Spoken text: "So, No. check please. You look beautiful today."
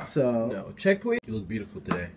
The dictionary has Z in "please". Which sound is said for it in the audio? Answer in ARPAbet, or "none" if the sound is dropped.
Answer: none